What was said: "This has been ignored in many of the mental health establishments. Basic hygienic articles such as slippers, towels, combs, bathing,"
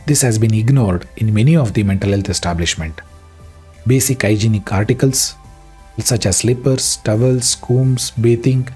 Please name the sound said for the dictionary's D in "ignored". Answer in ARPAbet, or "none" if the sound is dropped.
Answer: D